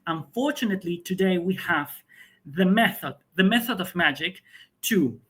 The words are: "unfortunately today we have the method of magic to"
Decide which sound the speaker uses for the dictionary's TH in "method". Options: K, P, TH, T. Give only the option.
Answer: TH